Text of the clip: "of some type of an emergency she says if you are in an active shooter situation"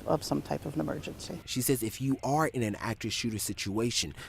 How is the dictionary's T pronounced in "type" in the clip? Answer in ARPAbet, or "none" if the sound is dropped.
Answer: T